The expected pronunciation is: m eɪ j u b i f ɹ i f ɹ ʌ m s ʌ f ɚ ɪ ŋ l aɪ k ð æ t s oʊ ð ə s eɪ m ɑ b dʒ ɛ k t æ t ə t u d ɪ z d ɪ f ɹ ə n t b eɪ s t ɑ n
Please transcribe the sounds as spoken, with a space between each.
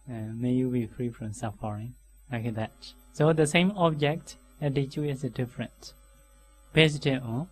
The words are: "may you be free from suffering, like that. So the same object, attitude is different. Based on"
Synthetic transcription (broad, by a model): m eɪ j u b i f ɹ i f ɹ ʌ m s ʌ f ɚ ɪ ŋ l aɪ k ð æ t s oʊ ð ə s eɪ m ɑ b dʒ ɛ k t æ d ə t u ɪ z d ɪ f ɹ ə n t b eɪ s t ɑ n